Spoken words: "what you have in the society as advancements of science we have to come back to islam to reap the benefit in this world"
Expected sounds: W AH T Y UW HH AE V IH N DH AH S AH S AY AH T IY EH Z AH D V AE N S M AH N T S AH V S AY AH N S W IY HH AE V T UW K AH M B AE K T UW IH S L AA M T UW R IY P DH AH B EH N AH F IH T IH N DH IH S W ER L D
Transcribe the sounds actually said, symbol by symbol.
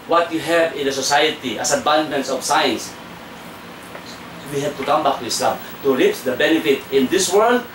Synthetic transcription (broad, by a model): W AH T Y UW HH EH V IH N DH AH S AH S AY AH T IY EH S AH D B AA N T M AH N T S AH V S AY AH N S W IY HH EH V T UW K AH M B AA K T UW IH S L AA M T UW R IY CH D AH B EH N AH F IH T IH N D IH S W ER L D